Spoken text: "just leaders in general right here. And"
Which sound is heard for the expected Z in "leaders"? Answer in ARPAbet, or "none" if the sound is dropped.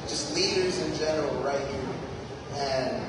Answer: Z